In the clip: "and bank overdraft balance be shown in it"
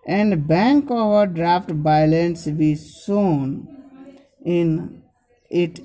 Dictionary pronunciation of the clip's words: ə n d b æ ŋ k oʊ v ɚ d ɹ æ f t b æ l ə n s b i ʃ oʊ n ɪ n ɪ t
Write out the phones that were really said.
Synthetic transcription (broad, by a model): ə n d b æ ŋ k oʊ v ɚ d ɹ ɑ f t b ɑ l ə n s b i s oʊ n ɪ n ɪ t